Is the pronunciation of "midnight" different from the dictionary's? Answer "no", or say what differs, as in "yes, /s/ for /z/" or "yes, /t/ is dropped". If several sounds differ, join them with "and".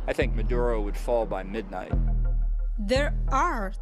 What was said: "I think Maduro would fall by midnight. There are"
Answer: no